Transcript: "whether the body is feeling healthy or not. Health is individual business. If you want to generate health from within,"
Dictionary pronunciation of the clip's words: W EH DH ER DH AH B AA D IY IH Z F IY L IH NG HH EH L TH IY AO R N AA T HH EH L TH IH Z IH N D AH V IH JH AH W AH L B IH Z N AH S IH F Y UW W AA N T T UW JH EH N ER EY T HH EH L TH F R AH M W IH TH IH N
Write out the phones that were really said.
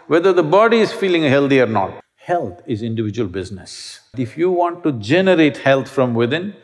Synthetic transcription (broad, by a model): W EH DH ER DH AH B AA D IY IH Z F IY L IH NG HH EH L T IY AO R N AA T HH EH L T IH Z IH N D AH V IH JH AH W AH L B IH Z N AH S IH F Y UW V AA N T T UW JH EH N ER EY T HH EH L T F R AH M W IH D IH N